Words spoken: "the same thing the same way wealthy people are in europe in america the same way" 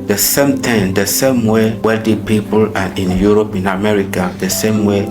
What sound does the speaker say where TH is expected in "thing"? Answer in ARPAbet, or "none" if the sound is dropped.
T